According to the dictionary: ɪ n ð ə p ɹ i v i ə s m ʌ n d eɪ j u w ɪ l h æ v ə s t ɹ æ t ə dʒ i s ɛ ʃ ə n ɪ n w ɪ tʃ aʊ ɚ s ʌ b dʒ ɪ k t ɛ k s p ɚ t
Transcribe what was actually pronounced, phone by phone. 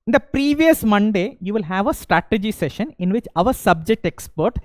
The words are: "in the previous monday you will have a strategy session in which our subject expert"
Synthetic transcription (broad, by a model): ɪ n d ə p ɹ i v i ə s m ʌ n d eɪ j u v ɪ l h æ v ə s t ɹ æ t ə dʒ i s ɛ ʃ ə n ɪ n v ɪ tʃ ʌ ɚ s ʌ b dʒ ɪ k t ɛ k s p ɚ t